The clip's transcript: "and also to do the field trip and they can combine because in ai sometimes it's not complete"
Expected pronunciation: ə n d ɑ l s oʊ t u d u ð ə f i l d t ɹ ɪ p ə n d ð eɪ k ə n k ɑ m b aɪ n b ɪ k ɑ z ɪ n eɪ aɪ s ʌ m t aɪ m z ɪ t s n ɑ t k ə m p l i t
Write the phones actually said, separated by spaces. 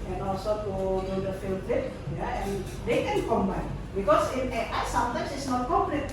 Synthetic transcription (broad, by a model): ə n ɑ l s oʊ t u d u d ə f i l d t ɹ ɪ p ə n d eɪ k ə n k ɑ m b aɪ n b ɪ k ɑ s ɪ n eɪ aɪ s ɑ m t aɪ m s ɪ t s n ɑ t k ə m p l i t